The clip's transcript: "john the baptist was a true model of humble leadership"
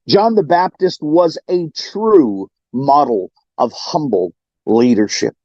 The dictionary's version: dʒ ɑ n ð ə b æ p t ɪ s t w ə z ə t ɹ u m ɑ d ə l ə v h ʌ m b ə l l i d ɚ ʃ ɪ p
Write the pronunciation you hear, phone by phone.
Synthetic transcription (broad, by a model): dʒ ɑ n ð ə b æ p t ɪ s t w ə z ə t ɹ u m ɑ d l ə v h ʌ m b l l i d ɚ ʃ ɪ p